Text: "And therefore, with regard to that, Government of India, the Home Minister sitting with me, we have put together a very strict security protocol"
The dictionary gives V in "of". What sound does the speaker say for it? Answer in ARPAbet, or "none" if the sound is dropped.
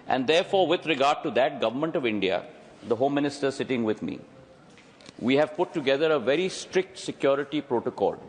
V